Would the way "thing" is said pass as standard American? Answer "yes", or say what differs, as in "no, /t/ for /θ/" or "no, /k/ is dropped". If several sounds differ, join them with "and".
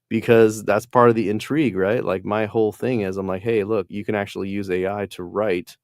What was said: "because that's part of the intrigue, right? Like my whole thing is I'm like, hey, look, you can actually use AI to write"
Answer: yes